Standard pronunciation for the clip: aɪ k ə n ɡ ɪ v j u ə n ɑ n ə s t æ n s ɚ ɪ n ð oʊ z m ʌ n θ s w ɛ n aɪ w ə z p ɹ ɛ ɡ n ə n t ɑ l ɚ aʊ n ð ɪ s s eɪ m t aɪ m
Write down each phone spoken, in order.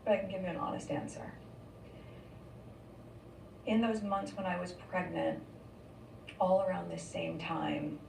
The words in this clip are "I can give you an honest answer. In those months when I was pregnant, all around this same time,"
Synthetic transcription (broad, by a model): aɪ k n ɡ ɪ v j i ə n ɑ n ə s t æ n s ɚ ɪ n ð oʊ z m ʌ n θ s w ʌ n aɪ w ə z p ɹ ɛ ɡ n ə n t ɑ l ɚ aʊ n ð ɪ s s eɪ m t aɪ m